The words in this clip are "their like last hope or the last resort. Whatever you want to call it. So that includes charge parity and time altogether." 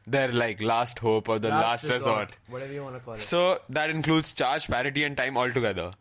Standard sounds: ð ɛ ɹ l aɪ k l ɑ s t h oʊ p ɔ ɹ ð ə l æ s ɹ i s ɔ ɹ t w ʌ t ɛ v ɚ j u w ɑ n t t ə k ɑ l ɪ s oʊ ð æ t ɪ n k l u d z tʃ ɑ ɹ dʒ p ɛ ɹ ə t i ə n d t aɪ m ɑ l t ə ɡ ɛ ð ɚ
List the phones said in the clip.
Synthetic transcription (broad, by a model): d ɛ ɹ l aɪ k l ɑ s t h oʊ p ɔ ɹ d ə l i s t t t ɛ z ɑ t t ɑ s oʊ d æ t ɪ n k l u d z tʃ ɑ ɹ dʒ p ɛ ɹ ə t i ə n d t aɪ m ɑ l t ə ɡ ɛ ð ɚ